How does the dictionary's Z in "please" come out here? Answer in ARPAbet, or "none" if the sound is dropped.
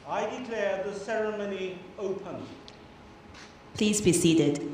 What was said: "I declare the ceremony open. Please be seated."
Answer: Z